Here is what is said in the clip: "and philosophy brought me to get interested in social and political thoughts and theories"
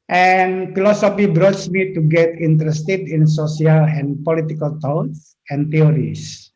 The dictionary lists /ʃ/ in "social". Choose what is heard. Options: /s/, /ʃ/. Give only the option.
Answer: /s/